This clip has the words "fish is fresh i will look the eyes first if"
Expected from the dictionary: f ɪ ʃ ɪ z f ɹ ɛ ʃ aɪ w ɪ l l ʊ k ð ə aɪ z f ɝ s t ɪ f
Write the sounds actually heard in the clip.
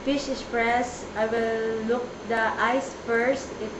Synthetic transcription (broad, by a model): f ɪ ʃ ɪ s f ɹ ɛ s aɪ w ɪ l l ʊ k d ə aɪ s f ɝ s t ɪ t